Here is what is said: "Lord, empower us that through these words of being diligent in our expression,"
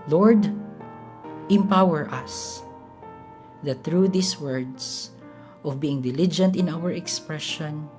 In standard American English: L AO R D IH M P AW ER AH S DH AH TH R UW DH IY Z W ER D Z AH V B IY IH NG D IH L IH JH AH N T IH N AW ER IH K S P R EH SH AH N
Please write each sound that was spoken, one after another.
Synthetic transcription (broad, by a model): L AO R D IH M P AW ER AH S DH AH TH R UW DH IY S W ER D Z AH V B IY IH NG D IH L IH JH AH N T IH N AW ER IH K S P R EH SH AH N